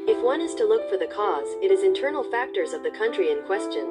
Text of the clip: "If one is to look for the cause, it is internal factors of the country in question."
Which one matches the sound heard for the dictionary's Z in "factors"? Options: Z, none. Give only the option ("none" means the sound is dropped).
Z